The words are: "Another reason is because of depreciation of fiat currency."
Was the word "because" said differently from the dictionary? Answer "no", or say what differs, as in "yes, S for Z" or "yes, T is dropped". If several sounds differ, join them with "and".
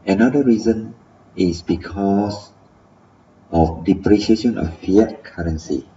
yes, S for Z